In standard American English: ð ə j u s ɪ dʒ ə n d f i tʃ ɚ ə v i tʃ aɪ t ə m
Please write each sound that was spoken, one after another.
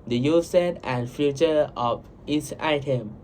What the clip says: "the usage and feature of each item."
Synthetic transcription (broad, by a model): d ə j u s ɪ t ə n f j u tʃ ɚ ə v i s aɪ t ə m